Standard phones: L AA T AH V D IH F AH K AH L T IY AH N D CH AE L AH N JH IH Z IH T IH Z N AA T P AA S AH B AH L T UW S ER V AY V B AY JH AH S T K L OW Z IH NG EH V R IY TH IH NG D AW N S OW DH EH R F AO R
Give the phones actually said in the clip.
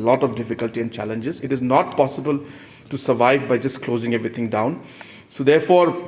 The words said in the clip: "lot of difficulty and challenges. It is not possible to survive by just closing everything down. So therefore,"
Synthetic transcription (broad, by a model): L AA T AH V D IH F AH K AH L T IY AH N D CH AE L AH N JH IH Z IH T IH Z N AA T P AA S AH B AH L T UW S ER V AY V B AY JH AH S T K L OW Z IH NG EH V R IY T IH NG D AW N S OW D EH R F AO R